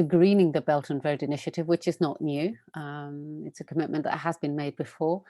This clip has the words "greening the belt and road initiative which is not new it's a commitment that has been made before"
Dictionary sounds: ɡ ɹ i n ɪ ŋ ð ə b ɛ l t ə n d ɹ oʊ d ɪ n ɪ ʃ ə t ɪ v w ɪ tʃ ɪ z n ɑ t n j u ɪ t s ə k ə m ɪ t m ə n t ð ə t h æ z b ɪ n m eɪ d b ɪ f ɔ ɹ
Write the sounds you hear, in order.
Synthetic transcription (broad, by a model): ɡ ɹ i n ɪ ŋ ð ə b ɛ l t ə n ɹ oʊ d ɪ n ɪ ʃ ə t ɪ v w ɪ tʃ ɪ z n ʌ t n j u ɪ t s ə k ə m ɪ t m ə n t ð ə t h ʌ z b ɪ n m eɪ d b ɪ f ɔ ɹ